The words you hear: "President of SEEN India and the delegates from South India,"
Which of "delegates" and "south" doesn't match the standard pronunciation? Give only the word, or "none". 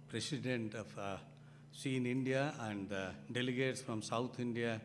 south